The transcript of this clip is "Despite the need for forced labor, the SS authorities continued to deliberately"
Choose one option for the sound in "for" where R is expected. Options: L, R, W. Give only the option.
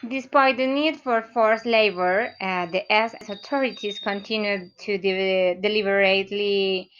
R